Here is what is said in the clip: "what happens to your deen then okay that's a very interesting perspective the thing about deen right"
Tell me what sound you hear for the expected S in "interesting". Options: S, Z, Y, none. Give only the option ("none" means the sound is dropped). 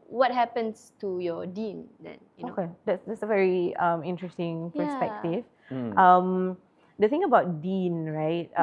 S